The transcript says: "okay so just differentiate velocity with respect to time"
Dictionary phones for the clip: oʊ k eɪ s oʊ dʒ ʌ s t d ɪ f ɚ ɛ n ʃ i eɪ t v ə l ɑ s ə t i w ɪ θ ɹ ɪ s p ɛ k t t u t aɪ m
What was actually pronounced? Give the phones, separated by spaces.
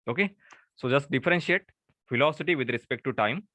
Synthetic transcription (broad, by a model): oʊ k eɪ s oʊ dʒ ʌ s t d ɪ f ɚ ɛ n ʃ i eɪ t f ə l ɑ s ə t i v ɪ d ɹ ɪ s p ɛ k t t u t aɪ m